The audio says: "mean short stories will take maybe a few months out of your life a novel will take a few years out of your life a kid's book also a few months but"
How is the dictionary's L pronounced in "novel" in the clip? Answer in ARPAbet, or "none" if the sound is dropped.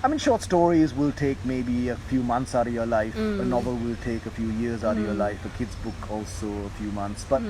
L